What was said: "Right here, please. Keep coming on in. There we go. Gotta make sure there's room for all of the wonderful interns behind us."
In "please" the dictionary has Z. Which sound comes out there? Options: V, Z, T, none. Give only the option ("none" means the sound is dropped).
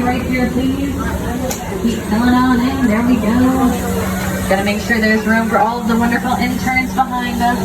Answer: none